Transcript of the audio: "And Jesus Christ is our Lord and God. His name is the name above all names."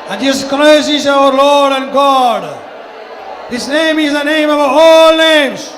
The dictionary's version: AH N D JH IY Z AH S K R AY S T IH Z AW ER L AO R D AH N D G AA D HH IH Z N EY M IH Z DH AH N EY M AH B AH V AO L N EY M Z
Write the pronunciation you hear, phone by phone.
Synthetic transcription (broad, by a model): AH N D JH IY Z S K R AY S IH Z AW ER L AO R D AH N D G AA D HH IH S N EY M IH Z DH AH N EY M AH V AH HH AO L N EY M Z